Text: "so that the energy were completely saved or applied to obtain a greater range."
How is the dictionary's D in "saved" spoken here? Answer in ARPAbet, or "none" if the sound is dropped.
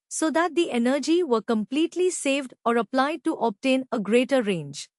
D